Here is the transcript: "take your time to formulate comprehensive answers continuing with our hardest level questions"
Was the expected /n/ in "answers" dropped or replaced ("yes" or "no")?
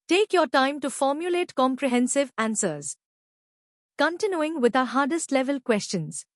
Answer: no